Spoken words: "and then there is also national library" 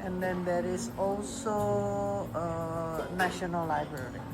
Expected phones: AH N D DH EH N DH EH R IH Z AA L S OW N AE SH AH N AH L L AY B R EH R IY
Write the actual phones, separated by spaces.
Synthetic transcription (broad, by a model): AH N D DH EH N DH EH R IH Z AA L S OW N AE SH AH N AH L L AY B R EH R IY